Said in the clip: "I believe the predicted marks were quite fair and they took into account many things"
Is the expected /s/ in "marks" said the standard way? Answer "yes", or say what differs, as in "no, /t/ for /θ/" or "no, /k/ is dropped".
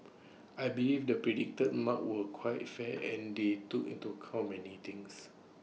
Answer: no, /s/ is dropped